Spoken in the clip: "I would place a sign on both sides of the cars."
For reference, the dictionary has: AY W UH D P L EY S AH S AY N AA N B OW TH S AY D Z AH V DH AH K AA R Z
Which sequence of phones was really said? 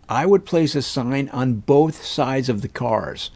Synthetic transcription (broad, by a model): AY W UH D P L EY S AH S AY N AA N B OW TH S AY D Z AH V DH AH K AA R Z